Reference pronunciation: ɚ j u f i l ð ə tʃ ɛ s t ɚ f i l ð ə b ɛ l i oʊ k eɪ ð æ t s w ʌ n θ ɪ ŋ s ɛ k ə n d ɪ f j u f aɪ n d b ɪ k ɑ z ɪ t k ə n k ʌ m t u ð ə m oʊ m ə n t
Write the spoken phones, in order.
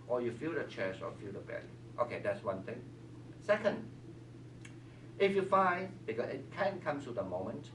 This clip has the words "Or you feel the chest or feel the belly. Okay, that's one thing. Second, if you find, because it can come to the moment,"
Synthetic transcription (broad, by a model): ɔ j u f i l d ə tʃ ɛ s ɔ f i l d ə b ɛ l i oʊ k eɪ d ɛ t s w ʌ n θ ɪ ŋ s ɛ k ə n d ɪ f j u f aɪ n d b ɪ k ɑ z ɪ t k ə n k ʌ m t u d ə m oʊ m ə n t